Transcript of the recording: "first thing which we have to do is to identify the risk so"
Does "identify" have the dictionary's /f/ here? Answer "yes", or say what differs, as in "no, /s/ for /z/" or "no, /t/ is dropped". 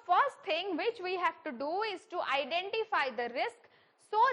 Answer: yes